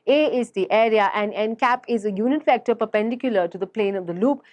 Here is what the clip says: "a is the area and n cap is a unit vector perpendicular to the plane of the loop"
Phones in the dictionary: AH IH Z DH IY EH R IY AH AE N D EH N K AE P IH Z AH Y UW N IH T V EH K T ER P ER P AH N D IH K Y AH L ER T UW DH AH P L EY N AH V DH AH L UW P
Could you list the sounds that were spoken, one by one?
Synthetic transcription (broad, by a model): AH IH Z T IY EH R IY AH AE N D EH N K AE P IH Z AH Y UW N IH T F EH K T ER P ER P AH N D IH K Y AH L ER T UW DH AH P L EY N AH V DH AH L UW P